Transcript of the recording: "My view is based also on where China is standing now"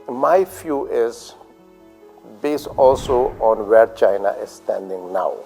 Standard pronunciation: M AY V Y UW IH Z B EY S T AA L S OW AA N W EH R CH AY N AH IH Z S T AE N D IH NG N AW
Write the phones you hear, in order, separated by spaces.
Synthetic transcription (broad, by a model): M AY F Y UW IH Z B EY S T AA L S OW AA N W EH R CH AY N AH IH Z S T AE N D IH NG N AW